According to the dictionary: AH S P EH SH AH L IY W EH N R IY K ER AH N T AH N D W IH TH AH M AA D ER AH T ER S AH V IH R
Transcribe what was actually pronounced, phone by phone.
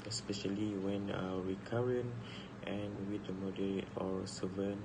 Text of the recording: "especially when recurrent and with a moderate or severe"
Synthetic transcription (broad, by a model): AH S P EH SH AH L IY W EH N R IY K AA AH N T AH N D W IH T AH M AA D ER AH AO S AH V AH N